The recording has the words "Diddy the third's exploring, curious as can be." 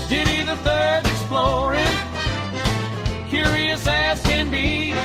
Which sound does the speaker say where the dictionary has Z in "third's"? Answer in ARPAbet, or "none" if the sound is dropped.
none